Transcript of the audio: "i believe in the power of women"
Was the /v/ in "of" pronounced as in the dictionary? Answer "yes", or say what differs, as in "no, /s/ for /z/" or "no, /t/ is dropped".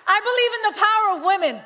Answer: yes